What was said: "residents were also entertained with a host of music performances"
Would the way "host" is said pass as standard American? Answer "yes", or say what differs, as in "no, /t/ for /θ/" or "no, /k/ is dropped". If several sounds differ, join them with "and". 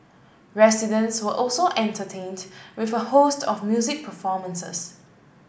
yes